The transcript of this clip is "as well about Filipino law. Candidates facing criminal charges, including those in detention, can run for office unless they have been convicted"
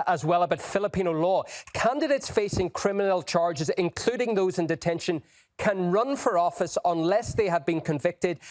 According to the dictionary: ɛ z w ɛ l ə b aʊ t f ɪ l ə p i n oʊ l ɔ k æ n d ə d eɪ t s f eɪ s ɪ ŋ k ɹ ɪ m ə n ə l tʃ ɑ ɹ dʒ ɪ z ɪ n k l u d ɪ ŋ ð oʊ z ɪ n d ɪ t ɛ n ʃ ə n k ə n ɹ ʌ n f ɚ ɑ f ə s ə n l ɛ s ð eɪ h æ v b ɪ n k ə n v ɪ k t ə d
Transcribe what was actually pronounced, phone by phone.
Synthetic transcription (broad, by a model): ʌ z w ɛ l ə b aʊ t f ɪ l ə p i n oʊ l ɔ k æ n d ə d eɪ t s f eɪ s ɪ ŋ k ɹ ɪ m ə n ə l tʃ ɑ ɹ dʒ ɪ z ɪ n k l u d ɪ ŋ ð oʊ z ɪ n d ɪ t ɛ n ʃ ə n k ə n ɹ ʌ n f ɚ ɑ f ə s ə n l ɛ s ð eɪ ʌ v b ɪ n k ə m v ɪ k t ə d